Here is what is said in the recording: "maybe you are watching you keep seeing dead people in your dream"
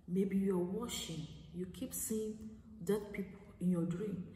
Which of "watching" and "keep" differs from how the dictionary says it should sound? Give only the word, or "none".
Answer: watching